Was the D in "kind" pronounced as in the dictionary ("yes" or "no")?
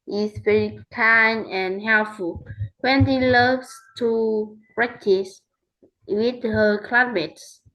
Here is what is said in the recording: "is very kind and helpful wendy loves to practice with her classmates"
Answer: no